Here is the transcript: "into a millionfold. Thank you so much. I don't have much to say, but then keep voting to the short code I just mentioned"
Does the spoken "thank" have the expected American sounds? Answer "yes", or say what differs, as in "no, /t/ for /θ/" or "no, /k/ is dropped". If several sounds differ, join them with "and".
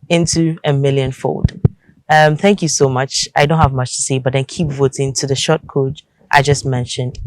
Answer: yes